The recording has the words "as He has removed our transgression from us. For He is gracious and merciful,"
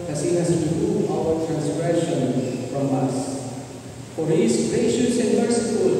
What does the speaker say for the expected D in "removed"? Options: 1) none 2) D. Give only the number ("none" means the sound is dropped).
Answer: 1